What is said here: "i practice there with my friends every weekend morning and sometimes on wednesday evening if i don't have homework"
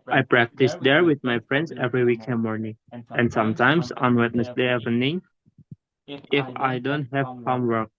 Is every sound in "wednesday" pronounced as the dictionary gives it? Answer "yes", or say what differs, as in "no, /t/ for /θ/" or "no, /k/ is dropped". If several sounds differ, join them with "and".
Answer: no, /s/ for /z/